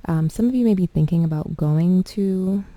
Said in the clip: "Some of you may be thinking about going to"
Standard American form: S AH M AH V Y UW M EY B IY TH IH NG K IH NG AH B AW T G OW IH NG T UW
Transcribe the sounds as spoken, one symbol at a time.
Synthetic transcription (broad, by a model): S AH M AH V Y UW M EY B IY TH IH NG K IH NG AH B AW T G OW IH NG T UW